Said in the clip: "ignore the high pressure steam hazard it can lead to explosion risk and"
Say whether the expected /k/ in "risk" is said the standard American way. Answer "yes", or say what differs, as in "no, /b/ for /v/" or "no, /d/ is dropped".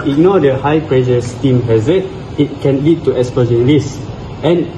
no, /k/ is dropped